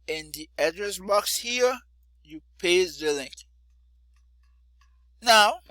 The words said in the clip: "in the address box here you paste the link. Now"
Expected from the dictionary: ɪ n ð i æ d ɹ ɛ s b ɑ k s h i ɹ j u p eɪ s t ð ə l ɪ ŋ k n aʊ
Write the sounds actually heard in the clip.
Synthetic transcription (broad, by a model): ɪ n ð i æ d ɹ ɛ s b ɑ k s h i ɹ j u p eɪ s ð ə l ɪ ŋ k n aʊ